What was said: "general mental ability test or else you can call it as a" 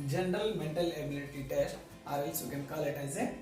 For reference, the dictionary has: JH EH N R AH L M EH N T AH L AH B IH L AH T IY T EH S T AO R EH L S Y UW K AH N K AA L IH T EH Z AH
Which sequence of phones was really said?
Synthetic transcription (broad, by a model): JH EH N R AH L M EH N T AH L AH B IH L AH T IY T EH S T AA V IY S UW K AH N K AA L IH T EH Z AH